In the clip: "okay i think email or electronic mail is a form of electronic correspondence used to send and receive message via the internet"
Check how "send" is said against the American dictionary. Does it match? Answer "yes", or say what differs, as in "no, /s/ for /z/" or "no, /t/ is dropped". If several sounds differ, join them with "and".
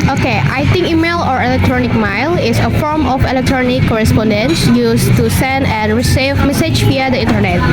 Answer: yes